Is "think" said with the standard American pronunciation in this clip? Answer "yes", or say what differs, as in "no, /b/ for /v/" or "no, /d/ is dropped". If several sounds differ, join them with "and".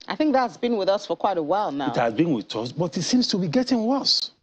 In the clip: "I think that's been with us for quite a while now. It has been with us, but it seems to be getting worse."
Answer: yes